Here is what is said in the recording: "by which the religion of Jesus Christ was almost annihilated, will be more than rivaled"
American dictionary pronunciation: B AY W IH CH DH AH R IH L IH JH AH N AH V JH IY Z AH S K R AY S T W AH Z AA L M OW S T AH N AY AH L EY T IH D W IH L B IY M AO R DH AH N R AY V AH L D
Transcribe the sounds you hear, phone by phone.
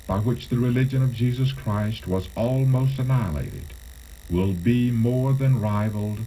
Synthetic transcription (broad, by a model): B AY W IH CH DH AH R IH L IH JH AH N AH V JH IY Z AH S K R AY S T W AH Z AA L M OW S T AH N AY AH L EY T IH D W IH L B IY M AO R DH AH N R AY V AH L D